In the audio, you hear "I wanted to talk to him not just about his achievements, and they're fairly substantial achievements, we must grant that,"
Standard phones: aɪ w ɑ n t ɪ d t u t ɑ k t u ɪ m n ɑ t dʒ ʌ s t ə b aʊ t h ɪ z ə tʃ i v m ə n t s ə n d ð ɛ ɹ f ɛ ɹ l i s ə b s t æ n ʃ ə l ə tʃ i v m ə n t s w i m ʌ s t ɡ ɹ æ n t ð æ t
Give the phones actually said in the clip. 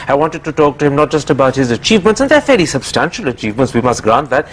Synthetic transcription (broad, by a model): aɪ w ɑ n t ɪ d t u t ɑ k t u ɪ m n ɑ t dʒ ʌ s t ə b aʊ t h ɪ z ə tʃ i v m ə n t s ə n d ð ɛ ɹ f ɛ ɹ i s ə b s t æ n ʃ ə l ə tʃ i v m ə n t s w i m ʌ s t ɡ ɹ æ n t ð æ t